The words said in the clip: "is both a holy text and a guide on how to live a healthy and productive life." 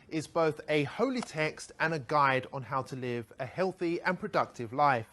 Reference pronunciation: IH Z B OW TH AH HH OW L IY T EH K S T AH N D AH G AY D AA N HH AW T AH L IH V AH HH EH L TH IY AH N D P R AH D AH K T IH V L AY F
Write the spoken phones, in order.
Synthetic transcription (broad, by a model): IH Z B OW TH AH HH OW L IY T EH K S T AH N AH G AY D N HH AW T AH L IH V AH HH EH L TH IY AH N P R AH D AH K T IH V L AY F